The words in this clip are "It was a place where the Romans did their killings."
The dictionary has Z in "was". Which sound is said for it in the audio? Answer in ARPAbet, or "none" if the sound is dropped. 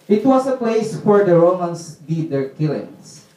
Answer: S